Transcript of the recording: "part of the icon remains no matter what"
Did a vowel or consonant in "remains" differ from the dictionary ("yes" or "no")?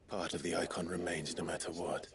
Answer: no